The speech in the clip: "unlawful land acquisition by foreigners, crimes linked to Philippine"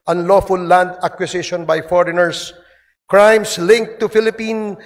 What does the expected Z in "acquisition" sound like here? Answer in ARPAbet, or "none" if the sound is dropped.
S